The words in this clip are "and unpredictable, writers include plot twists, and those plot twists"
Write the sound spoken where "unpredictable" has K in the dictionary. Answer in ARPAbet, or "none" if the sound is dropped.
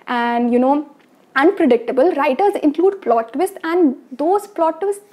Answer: K